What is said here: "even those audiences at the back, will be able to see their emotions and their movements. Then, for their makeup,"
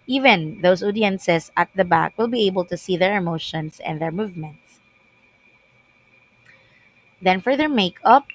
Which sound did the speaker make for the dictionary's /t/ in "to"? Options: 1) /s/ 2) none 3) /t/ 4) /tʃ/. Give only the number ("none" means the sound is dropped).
3